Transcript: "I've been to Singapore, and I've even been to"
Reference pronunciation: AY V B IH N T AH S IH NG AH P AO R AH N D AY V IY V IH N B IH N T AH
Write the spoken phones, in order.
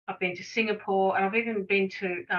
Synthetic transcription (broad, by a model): AY V B IH N T AH S IH NG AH P AO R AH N AY V IY V IH N B IH N T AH